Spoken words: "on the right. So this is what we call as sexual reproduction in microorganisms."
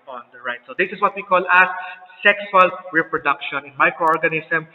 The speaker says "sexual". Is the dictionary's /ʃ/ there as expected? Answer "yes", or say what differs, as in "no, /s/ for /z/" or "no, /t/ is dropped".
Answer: no, /s/ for /ʃ/